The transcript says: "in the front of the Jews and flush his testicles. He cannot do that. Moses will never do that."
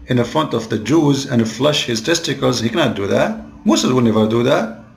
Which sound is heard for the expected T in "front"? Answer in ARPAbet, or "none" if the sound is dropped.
T